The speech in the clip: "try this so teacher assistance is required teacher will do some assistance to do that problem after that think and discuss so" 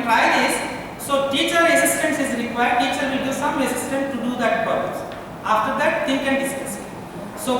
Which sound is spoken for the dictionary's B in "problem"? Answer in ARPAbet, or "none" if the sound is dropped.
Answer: none